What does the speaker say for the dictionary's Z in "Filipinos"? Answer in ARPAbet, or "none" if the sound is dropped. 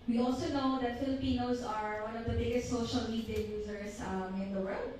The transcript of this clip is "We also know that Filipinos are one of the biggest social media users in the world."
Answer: S